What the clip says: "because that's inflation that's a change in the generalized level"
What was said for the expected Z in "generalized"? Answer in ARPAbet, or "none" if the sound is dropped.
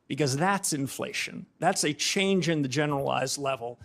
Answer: Z